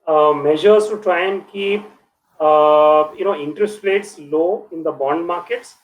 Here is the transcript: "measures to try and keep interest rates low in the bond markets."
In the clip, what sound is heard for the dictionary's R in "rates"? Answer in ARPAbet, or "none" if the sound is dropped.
L